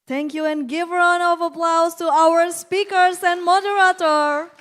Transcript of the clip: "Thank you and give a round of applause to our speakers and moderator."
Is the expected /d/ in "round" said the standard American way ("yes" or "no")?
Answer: no